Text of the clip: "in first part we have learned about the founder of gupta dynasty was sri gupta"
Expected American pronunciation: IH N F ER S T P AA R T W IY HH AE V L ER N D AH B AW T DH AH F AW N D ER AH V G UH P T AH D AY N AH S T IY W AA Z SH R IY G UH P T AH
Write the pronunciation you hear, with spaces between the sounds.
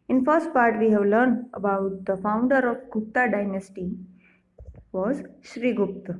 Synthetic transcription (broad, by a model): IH N F ER S T P AA R T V IY HH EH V L ER N D AH B AW T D AH F AW N D ER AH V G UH P T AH D AY N AH S T IY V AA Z SH R IY G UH P T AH